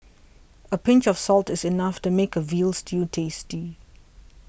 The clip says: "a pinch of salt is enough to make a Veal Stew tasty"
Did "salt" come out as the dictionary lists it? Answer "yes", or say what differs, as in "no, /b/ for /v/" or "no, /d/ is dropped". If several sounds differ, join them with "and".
yes